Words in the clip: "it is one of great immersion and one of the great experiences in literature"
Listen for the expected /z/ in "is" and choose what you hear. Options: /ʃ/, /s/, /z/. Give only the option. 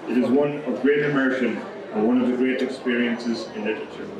/z/